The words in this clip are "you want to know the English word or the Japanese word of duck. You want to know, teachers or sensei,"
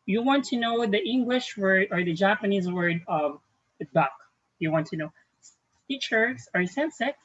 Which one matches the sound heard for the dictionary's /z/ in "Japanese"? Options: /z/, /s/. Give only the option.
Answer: /z/